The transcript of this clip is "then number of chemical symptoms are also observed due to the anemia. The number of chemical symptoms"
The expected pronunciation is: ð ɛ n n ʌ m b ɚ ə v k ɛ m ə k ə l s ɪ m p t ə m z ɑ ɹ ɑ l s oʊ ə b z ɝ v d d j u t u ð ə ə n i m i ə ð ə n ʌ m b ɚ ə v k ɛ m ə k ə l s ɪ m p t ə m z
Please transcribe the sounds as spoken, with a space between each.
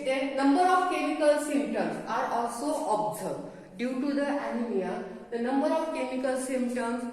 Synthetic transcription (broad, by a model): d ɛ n n ʌ m b ɚ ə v k ɛ m ə k ə l s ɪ m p t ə m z ɑ ɹ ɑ l s oʊ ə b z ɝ d d j u t u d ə ə n i m i ə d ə n ʌ m b ɚ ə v k ɛ m ə k ə l s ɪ m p t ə m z